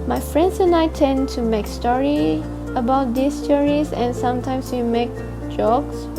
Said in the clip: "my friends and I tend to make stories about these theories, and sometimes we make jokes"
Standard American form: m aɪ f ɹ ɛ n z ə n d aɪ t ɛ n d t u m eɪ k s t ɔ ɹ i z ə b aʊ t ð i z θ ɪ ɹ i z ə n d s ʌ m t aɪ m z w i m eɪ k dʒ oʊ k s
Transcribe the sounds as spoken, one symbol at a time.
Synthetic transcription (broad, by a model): m aɪ f ɹ ɛ n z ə n aɪ t ɛ n t u m eɪ k s t ɔ ɹ i ə b aʊ t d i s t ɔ ɹ i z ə n s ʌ m t aɪ m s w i m eɪ k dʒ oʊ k s